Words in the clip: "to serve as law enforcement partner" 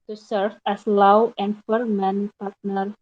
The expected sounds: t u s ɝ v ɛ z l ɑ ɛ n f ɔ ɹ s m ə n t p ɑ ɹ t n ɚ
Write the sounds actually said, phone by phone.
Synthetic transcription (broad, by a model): t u s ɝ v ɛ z l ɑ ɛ n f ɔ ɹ m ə n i p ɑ ɹ t n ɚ